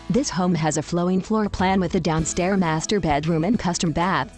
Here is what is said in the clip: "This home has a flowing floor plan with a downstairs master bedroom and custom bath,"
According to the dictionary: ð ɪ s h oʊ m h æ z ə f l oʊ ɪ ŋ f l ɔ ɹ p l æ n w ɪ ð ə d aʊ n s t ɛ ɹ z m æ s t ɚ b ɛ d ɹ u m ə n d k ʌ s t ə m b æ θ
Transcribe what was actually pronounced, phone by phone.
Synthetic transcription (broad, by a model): ð ɪ s h oʊ m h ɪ z ə f l oʊ ɪ ŋ f l ɔ ɹ p l æ n w ɪ ð ə d aʊ n s t ɛ ɹ m æ s t ɚ b ɛ d ɹ u m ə n k ʌ s t ə m b æ θ